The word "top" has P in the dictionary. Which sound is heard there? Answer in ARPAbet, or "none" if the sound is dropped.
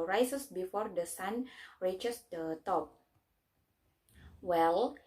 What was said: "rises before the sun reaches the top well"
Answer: P